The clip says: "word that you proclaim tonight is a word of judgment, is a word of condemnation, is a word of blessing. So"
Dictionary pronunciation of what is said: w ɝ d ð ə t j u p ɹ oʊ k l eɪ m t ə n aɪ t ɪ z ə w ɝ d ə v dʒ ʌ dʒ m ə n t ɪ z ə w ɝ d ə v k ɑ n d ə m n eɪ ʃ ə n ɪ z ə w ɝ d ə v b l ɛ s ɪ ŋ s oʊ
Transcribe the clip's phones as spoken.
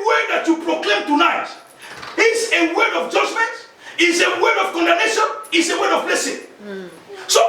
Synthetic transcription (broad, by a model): w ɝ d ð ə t j u p ɹ oʊ k l eɪ m t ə n aɪ t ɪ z ə w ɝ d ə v dʒ ʌ dʒ m ə n t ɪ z ə w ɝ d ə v k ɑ n d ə n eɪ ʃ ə n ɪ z ə w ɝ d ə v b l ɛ s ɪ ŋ s oʊ